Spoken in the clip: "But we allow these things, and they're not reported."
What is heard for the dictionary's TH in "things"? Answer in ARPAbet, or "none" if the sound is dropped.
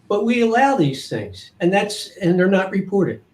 TH